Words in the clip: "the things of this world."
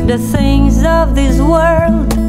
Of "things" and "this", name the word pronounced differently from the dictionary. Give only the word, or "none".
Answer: none